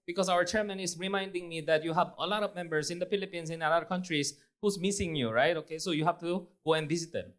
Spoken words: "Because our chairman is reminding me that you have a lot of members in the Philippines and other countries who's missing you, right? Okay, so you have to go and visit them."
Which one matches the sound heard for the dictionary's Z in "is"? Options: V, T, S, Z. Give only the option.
S